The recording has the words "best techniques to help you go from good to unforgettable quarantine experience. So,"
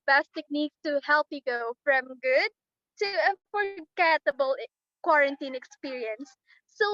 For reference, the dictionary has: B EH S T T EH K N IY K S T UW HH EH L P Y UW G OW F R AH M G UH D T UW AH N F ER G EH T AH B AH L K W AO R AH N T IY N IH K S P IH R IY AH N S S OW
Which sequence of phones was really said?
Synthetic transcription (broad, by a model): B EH S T T EH K N IY K S T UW HH EH L P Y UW G OW F R AH M G UH D T UW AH F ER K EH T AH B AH L K W AO R AH N T IY N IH K S P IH R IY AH N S S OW